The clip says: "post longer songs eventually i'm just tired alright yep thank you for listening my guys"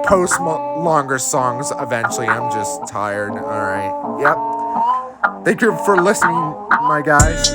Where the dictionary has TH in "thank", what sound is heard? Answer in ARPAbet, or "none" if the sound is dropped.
TH